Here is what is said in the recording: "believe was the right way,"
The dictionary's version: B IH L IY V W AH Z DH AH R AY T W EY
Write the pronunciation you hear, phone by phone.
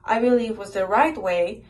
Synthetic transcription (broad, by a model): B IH L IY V W AH Z DH AH R AY T W EY